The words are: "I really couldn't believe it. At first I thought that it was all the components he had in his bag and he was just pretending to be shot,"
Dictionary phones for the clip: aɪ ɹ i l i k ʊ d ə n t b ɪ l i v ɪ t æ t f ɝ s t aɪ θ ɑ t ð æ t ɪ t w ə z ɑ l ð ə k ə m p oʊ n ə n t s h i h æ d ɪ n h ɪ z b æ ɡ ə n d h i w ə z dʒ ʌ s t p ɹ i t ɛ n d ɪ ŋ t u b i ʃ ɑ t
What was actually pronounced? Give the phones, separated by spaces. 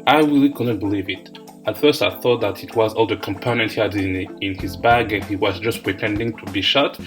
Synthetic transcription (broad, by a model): aɪ ɹ i l i k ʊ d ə n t b ɪ l i v ɪ t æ t f ɝ s t aɪ θ ɑ t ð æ t ɪ t w ə z ɑ l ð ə k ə m p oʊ n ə n t h i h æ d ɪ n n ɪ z b æ ɡ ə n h i w ə z dʒ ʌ s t p ɹ i t ɛ n d ɪ ŋ t u b i ʃ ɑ t